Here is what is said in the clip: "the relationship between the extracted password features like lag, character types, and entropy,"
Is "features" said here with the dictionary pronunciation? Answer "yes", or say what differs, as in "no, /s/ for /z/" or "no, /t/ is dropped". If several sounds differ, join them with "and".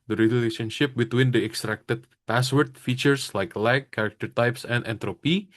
no, /s/ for /z/